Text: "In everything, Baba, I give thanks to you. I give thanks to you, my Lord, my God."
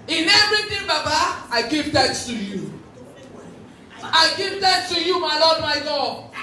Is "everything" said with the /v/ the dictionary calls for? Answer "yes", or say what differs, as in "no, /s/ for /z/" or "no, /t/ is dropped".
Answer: no, /v/ is dropped